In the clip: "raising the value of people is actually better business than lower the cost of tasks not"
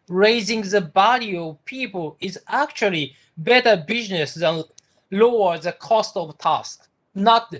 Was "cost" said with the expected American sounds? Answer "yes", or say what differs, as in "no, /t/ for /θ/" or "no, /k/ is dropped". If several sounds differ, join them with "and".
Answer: yes